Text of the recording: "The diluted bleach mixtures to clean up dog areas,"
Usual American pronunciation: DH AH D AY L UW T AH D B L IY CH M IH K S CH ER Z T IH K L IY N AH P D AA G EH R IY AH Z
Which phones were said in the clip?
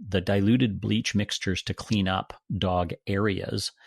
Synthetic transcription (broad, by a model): DH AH D AY L UW T AH D B L IY CH M IH K S CH ER Z T IH K L IY N AH P D AA G EH R IY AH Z